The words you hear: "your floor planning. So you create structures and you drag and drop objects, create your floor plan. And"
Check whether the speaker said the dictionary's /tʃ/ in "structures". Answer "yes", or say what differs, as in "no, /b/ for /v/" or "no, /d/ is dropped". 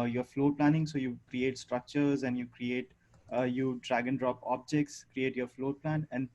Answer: yes